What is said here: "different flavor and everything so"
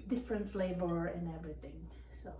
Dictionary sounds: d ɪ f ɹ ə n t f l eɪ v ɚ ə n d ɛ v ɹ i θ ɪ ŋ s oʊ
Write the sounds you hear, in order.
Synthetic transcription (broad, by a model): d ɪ f ɹ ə n t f l eɪ b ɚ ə n ɛ v ɹ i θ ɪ ŋ s oʊ